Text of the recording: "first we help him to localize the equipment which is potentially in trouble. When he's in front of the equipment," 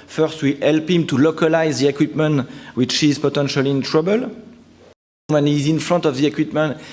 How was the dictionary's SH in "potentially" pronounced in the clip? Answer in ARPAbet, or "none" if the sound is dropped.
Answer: SH